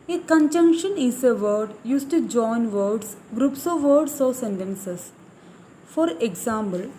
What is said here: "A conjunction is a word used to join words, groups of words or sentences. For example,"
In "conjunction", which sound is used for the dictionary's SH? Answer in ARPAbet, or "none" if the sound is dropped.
SH